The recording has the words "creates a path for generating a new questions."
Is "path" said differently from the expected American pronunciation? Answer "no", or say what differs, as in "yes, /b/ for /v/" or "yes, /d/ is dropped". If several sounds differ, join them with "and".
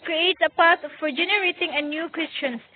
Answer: yes, /t/ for /θ/